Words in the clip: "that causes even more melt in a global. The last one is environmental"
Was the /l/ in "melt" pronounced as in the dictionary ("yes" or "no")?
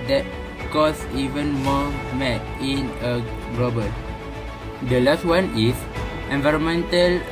no